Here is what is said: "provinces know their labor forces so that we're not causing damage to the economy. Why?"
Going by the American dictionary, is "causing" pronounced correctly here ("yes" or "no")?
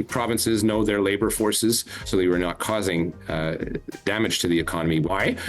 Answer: yes